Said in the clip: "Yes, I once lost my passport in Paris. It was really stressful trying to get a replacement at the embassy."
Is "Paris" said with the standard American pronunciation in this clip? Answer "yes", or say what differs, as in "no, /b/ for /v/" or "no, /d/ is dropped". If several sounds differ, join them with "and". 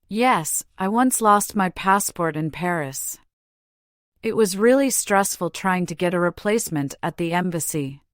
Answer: yes